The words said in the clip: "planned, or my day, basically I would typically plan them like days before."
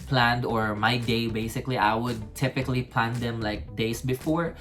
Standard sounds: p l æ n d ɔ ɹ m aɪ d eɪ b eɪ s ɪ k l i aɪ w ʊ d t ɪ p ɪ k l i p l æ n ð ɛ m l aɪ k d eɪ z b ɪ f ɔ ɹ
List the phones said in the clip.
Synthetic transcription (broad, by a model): p l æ n d ɔ ɹ m aɪ d eɪ b eɪ s ɪ k l i aɪ w ʊ d t ɪ p ɪ k l i p l æ n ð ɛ m l aɪ k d eɪ s b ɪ f ɔ ɹ